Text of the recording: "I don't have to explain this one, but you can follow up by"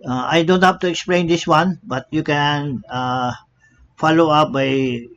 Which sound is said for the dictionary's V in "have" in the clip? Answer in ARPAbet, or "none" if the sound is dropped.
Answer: F